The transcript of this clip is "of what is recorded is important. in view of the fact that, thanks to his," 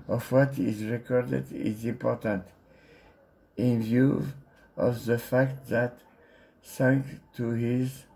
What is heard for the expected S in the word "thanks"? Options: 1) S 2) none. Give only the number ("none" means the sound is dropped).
2